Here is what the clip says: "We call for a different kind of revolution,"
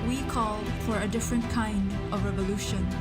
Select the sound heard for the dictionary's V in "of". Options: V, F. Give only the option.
V